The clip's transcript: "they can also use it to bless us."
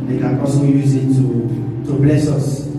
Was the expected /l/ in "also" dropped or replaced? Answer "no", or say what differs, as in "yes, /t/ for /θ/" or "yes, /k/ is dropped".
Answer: yes, /l/ is dropped